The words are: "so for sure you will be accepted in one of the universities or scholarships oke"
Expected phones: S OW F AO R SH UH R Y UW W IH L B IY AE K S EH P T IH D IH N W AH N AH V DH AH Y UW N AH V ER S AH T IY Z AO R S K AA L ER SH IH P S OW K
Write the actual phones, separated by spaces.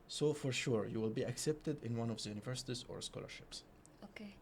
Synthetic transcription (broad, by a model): S OW F AO R SH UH R Y UW W IH L B IY AE K S EH P T IH D IH N W AH N AH V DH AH Y UW N AH V ER S AH T IY Z AO R S K AA L ER SH IH P S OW K